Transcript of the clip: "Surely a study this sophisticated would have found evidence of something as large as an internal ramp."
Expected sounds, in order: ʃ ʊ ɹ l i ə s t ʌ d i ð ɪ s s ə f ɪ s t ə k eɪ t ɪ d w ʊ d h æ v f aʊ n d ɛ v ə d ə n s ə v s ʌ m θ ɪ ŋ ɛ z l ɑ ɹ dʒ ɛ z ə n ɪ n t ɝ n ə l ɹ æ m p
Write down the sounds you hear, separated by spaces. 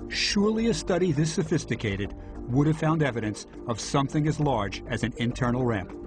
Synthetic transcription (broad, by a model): ʃ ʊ ɹ l i ə s t ʌ d i ð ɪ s s ə f ɪ s t ə k eɪ t ɪ d w ʊ d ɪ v f aʊ n d ɛ v ə d ə n s ə v s ʌ m θ ɪ ŋ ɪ z l ɑ ɹ dʒ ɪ z ə n ɪ n t ɝ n l ɹ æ m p